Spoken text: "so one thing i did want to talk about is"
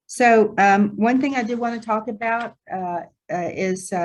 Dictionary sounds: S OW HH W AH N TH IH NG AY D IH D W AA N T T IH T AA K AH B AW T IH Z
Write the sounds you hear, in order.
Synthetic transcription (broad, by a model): S OW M W AH N TH IH NG AY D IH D W AA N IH T AA K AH B AW T IH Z